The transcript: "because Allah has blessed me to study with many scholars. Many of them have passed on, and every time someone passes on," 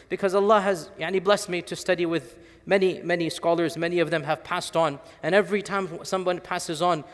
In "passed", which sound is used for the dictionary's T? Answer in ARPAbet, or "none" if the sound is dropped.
T